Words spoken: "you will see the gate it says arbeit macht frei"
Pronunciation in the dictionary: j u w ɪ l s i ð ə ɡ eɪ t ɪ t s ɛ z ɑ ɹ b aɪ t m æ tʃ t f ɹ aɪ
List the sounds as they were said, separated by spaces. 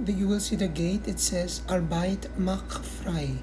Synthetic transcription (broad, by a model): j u w ɪ l s i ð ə ɡ eɪ t ɪ t s ɛ z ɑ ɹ b aɪ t m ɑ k f ɹ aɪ